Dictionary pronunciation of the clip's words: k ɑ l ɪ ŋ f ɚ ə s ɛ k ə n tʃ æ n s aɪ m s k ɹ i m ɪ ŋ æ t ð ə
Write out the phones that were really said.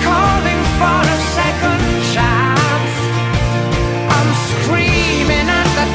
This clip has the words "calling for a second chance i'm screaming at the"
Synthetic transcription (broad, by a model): k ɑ l ɪ ŋ f ɚ ə s ɛ k ə n ʃ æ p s aɪ m s k ɹ i m ɪ ŋ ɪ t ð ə